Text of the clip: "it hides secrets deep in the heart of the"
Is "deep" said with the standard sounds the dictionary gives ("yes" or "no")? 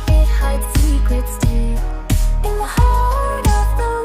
no